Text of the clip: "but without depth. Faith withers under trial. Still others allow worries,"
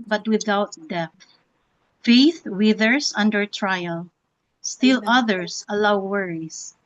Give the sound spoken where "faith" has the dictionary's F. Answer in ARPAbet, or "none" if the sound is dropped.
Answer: F